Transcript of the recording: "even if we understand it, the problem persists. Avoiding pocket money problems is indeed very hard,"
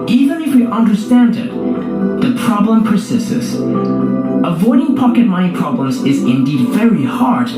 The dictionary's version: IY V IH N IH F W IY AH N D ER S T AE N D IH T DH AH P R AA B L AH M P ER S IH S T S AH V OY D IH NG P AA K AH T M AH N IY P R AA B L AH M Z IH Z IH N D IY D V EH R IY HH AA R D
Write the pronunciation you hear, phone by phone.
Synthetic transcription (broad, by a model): IY V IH N IH F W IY AH N D ER S T AE N D IH T DH AH P R AA B L AH M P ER S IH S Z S AH V OY D IH NG P AA K AH T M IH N P R AA B L AH M Z IH Z IH N D IY D V EH R IY HH AA R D